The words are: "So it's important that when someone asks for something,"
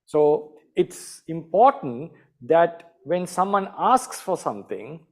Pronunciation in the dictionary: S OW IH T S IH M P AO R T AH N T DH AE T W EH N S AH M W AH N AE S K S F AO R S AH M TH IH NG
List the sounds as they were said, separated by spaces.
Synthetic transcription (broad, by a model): S OW IH T S IH M P AO R T AH N T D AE T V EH N S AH M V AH N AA S K S F AO R S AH M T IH NG